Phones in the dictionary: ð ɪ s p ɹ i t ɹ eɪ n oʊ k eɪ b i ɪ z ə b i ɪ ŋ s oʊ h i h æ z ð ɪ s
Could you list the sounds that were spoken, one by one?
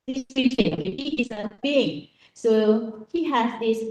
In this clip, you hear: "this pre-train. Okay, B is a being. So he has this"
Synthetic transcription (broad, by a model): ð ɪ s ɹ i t eɪ i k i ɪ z ə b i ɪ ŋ s oʊ h i h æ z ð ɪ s